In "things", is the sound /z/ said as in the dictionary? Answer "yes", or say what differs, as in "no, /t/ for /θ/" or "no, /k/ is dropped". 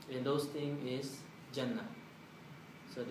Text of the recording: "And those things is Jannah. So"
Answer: no, /z/ is dropped